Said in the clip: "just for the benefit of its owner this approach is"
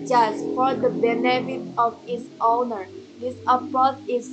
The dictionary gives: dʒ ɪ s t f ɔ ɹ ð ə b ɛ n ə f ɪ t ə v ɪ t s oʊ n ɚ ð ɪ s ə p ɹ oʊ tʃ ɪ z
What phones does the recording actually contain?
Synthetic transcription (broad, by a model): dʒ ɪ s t f ɔ ɹ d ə b ɛ n ə f ɪ t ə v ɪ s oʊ n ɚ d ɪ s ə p oʊ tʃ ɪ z